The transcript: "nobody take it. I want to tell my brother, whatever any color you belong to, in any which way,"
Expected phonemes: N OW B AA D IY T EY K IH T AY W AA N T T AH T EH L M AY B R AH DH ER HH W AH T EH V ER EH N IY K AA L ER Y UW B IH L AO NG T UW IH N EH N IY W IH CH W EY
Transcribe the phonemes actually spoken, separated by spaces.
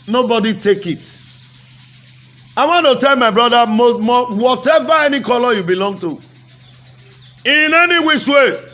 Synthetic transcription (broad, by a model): N OW B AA D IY T EY K IH T AY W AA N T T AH T EH L M AY B R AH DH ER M W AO T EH V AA EH N IY K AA L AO Y UW B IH L AO NG T UW IH N EH N IY W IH S W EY